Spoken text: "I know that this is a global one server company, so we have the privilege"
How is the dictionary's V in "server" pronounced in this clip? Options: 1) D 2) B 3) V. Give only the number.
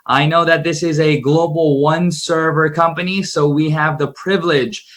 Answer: 3